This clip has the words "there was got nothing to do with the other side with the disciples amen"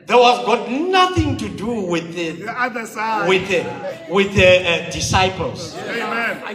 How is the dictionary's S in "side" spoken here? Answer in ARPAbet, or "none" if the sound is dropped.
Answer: TH